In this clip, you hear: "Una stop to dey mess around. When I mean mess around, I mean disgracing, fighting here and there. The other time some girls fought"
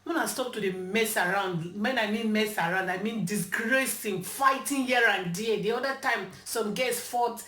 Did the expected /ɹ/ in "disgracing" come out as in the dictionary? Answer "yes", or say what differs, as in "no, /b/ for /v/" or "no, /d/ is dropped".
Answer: yes